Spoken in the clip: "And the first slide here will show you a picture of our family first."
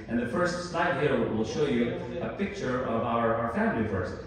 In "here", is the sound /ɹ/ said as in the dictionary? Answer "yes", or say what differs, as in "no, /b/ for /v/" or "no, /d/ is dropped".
no, /l/ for /ɹ/